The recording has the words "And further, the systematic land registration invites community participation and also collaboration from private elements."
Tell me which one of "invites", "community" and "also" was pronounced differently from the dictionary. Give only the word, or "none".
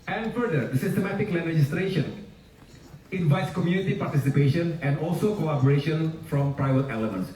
none